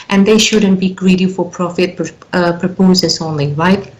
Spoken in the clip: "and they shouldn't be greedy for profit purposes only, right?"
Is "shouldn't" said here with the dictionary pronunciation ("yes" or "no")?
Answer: yes